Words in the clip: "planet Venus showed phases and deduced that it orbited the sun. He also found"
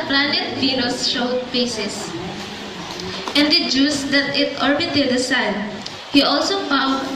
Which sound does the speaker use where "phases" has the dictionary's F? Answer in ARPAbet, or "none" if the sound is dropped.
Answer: P